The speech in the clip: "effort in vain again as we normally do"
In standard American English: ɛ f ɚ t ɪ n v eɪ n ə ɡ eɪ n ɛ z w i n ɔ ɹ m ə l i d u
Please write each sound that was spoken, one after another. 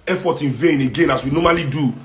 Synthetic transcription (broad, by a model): ɛ f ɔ t ɪ n v eɪ n ə ɡ eɪ n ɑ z w i n ɔ m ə l i d u